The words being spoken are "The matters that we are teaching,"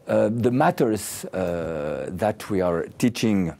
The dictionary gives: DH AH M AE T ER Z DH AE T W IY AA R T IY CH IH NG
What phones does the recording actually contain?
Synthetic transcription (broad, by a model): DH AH M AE T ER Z DH AE T W IY AA R T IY CH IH NG